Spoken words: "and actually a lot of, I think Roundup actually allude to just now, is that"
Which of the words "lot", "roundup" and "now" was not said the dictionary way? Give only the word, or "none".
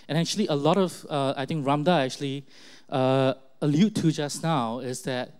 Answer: roundup